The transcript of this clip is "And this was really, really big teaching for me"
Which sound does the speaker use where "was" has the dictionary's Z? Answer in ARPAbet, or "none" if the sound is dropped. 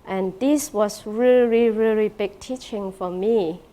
S